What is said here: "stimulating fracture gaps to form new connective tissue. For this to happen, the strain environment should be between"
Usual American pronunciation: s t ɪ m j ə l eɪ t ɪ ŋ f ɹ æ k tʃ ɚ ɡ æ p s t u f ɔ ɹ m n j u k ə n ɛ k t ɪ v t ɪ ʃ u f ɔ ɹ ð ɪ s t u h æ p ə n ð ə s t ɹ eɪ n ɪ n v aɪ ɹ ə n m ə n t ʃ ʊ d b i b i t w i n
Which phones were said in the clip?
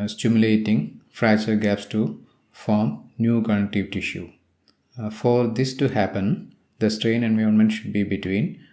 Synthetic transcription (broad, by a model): s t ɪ m j l eɪ t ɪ ŋ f ɹ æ tʃ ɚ ɡ æ p s t u f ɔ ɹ m n j u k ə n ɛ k t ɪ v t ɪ ʃ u f ɔ ɹ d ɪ s t u h æ p ə n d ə s t ɹ eɪ n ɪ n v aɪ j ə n m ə n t ʃ ʊ d b i b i t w i n